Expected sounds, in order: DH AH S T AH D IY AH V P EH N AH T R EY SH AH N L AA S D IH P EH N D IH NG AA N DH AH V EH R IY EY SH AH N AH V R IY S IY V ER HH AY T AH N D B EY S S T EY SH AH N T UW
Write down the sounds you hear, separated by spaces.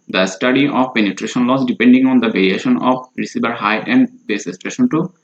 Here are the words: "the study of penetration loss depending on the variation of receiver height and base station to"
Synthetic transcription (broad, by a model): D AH S T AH D IY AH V P EH N AH T R EY SH AH N L AA S D IH P EH N D IH NG AA N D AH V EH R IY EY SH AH N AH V R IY S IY B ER HH AY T AH N D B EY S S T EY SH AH N T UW